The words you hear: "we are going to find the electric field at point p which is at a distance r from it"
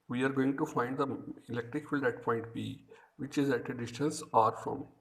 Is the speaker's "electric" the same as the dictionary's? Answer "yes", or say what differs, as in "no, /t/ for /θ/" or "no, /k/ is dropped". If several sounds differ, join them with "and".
yes